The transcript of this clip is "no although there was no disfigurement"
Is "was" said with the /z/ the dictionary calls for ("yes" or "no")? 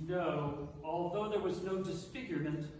yes